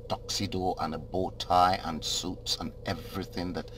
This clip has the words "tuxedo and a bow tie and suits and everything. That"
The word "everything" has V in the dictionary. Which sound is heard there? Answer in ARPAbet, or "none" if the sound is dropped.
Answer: V